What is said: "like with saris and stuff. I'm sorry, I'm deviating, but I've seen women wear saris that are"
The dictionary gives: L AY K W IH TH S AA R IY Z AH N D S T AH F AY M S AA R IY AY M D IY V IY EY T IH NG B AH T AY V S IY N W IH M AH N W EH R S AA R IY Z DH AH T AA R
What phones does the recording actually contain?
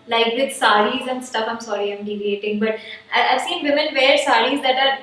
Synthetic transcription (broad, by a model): L AY K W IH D S AA R IY Z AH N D S T AH F AY M S AA R IY AY M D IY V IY EY T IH NG B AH T AY V S IY N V IH M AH N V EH R S AA R IY Z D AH T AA R